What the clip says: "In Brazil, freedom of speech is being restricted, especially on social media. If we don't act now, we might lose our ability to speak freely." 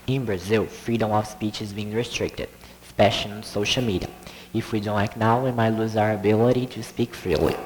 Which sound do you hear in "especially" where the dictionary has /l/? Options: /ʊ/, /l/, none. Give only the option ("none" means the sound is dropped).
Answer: none